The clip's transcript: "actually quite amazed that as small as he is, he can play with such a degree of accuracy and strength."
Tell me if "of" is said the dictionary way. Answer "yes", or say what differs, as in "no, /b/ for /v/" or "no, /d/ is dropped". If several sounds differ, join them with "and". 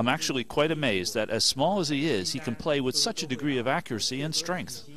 yes